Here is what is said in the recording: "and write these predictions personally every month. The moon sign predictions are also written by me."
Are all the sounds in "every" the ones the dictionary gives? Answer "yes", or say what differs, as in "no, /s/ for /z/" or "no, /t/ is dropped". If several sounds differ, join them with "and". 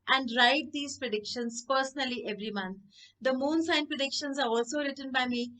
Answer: yes